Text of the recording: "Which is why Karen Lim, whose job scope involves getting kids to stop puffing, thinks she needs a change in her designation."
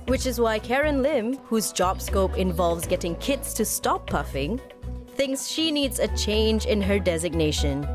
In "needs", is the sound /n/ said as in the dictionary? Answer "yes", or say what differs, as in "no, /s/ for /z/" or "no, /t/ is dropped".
yes